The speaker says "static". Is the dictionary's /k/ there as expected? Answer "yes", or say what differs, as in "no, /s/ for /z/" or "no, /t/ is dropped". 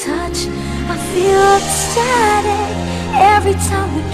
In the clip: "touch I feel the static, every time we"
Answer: no, /k/ is dropped